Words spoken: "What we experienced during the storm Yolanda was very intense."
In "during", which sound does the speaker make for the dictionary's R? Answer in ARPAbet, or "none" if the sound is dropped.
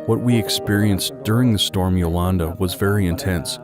R